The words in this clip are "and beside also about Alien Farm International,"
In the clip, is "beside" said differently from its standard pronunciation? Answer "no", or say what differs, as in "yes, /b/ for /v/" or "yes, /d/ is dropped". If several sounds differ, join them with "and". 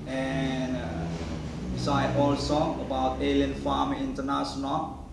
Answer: yes, /d/ is dropped